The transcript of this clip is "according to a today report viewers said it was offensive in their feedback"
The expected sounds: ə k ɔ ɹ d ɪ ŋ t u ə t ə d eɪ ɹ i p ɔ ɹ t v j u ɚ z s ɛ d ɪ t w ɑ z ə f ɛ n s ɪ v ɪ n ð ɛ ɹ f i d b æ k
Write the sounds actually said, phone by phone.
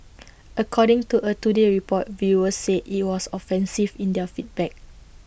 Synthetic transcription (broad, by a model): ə k ɔ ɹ d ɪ ŋ t u ə t ə d eɪ ɹ i p ɔ t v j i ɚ s ɛ ɪ t w ɑ s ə f ɛ n s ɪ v ɪ n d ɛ f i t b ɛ k